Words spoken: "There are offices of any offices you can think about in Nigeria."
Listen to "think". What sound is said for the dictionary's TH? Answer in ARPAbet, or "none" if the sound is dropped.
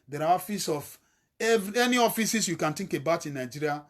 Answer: T